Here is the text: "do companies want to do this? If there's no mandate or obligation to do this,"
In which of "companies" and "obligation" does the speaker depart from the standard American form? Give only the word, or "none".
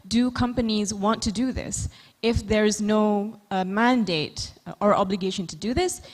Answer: none